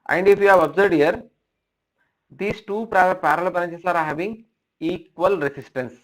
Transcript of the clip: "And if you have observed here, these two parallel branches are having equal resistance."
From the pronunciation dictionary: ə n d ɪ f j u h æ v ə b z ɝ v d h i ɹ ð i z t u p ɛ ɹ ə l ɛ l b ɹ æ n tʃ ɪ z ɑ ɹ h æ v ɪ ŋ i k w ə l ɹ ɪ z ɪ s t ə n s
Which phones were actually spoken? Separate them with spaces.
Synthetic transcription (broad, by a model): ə n d ɪ f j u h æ v ə b z ɝ v d h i ɹ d i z t u p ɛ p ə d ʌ l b ʌ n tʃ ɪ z ɑ ɹ h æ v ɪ ŋ i k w ə l ɹ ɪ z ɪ s t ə n s